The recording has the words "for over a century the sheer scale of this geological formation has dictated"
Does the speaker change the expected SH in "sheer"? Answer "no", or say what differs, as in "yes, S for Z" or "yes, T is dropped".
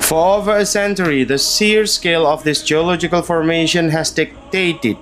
yes, S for SH